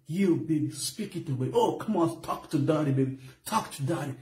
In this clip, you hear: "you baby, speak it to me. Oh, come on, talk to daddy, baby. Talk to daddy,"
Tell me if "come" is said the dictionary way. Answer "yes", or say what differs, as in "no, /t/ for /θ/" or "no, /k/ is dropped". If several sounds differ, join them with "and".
yes